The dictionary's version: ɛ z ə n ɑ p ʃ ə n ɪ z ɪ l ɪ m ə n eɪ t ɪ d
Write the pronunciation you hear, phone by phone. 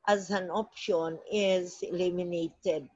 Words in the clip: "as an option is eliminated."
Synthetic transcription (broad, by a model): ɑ z ə n ɑ p ʃ ə n ɪ z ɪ l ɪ m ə n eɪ t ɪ d